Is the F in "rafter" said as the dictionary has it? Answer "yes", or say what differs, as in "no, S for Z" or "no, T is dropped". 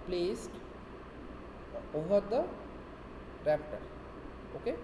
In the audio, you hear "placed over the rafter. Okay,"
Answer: no, P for F